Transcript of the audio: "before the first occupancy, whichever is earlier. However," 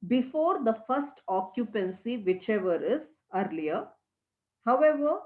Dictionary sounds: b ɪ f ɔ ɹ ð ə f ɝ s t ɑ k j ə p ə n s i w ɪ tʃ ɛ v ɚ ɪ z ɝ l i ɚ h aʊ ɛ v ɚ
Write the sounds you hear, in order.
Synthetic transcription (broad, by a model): b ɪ f ɔ ɹ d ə f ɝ s t ɑ k j ə p ə n s i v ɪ tʃ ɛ v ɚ ɪ z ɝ l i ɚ h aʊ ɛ v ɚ